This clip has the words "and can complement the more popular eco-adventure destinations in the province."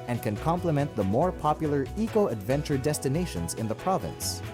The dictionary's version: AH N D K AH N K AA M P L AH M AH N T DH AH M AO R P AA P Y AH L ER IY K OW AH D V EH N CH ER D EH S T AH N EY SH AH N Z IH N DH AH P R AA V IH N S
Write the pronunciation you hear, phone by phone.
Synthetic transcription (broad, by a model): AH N K AH N K AA M P L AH M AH N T DH AH M AO R P AA P Y L ER IY K OW AH D V EH N CH ER D EH S T AH N EY SH AH N Z IH N DH AH P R AA V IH N S